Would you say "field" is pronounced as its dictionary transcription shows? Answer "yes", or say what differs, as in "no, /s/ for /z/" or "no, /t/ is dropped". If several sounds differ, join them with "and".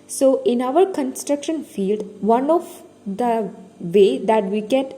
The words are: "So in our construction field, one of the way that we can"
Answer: yes